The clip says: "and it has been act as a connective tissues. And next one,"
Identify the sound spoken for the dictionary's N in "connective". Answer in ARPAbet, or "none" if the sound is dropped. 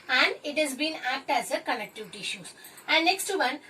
L